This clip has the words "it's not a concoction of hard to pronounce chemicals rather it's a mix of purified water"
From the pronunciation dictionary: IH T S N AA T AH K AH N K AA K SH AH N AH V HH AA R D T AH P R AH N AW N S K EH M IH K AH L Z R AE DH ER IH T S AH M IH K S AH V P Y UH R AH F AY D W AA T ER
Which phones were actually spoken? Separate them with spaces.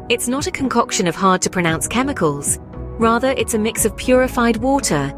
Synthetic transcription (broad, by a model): IH T S N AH T AH K AH N K AA K SH AH N AH V HH AA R D T AH P R AH N AW N S K EH M IH K AH L Z R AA DH ER IH T S AH M IH K S AH V P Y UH R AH F AY D W AA T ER